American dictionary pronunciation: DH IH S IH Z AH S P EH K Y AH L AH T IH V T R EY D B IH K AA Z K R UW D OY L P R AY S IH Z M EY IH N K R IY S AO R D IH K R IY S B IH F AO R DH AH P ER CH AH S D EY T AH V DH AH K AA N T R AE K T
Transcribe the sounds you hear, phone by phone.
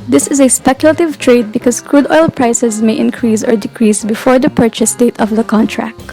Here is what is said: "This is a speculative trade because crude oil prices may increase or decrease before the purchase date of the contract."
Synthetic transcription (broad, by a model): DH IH S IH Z AH S P EH K Y AH L AH T IH V T R EY D B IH K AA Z K R UW D OY L P R AY S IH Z M EY IH N K R IY S AO R D IH K R IY S B IH F AO R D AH P ER CH AH S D EY T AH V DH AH K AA N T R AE K T